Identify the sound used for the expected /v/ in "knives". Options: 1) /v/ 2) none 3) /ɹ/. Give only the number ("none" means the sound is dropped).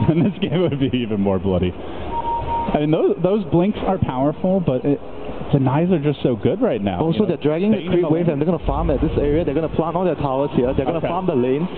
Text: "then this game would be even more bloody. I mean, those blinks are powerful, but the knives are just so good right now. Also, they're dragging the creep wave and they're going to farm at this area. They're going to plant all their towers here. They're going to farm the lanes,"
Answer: 2